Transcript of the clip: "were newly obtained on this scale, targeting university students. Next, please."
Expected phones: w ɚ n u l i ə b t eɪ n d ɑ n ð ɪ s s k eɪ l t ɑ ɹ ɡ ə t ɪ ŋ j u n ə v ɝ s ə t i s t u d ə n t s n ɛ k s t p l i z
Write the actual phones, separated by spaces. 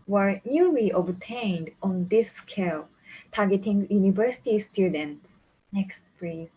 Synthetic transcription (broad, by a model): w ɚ n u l i ə b t eɪ n d ɑ n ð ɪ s s k eɪ l t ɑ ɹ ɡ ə t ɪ ŋ j u n ə v ɝ s ə t i s t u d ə n t s n ɛ k s t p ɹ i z